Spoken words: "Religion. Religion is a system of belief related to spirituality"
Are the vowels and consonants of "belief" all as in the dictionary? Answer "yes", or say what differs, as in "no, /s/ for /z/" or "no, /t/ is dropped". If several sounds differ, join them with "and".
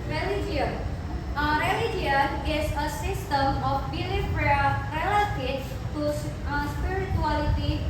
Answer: no, /p/ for /f/